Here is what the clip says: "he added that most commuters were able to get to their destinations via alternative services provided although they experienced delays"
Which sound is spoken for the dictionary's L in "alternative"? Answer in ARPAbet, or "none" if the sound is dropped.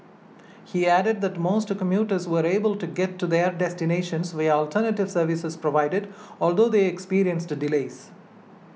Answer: L